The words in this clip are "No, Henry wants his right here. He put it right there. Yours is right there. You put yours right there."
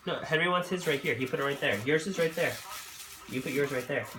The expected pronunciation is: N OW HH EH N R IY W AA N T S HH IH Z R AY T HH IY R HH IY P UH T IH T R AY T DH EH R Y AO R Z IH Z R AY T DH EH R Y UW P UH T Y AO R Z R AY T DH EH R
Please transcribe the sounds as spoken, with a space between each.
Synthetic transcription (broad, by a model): N OW HH EH N R IY W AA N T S HH IH Z R AY T HH IY R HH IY P UH T IH T R AY T DH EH R Y AO R Z IH Z R AY T DH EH R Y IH P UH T Y AO R Z R AY T DH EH R